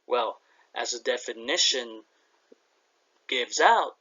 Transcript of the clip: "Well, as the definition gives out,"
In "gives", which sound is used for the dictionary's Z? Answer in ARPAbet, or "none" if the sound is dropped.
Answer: Z